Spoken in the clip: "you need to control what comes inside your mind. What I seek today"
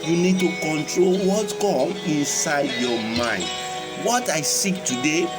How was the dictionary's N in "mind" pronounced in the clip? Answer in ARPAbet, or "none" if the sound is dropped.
N